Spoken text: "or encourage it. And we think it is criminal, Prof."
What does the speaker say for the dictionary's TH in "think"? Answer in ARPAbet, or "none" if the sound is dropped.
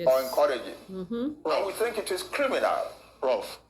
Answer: TH